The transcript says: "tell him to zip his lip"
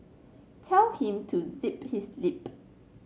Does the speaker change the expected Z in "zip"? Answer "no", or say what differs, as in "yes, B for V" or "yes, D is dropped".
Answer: no